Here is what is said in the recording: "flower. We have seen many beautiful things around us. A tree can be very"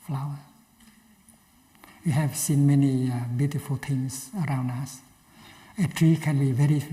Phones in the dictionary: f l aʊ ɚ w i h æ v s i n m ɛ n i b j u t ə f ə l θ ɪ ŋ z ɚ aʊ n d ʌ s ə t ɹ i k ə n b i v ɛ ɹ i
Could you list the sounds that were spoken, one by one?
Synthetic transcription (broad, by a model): f l aʊ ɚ w i h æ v s i n m ɛ n i b j u t ə f ə l t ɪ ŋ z ɚ aʊ n d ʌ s ə t ɹ i k ə n b i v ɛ ɹ i